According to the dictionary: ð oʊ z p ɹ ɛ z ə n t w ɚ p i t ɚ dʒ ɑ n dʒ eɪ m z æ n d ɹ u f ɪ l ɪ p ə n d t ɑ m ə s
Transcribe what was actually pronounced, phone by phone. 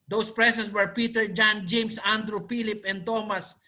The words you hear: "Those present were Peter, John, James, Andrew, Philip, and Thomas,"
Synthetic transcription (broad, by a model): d oʊ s p ɹ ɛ s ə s w ɚ p i t ɚ dʒ ɑ n dʒ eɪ m s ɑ n d ɹ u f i l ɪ p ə n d t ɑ m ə s